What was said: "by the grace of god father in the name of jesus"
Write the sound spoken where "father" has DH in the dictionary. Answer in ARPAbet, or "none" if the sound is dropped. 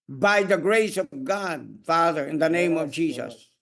DH